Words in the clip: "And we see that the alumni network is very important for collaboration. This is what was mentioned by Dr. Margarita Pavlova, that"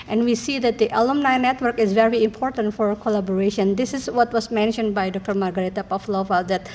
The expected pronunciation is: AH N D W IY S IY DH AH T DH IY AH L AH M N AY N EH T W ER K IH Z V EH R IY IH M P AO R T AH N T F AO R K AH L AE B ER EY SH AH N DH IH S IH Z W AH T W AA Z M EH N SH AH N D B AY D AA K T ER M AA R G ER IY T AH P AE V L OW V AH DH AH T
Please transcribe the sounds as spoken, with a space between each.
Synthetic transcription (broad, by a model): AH N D W IY S IY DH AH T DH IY AH L AH M N AY N EH T W ER K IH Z V EH R IY IH M P AO R T AH N T F AO R K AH L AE B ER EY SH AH N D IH S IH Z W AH T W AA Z M EH N SH AH N D B AY D AA K T ER M AA R G ER IY T AH P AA F L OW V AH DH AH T